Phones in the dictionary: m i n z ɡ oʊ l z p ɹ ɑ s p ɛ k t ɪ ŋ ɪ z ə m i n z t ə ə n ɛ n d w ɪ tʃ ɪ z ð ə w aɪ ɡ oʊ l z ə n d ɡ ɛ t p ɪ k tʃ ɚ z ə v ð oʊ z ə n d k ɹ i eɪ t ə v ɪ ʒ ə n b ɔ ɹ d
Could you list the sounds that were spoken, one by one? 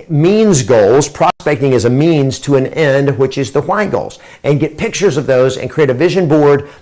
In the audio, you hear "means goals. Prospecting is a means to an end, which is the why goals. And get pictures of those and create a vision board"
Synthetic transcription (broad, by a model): m i n z ɡ oʊ l z p ɹ ɑ s p ɛ k t ɪ ŋ ɪ z ə m i n z t ə ə n ɛ n d w ɪ tʃ ɪ z ð ə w aɪ ɡ oʊ l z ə n ɡ ɛ t p ɪ k tʃ ɚ z ə v ð oʊ z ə n k ɹ i eɪ t ə v ɪ ʒ ə n b ɔ ɹ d